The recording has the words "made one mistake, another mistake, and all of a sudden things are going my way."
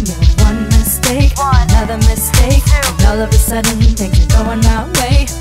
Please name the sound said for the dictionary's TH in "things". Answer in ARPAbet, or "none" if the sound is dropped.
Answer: T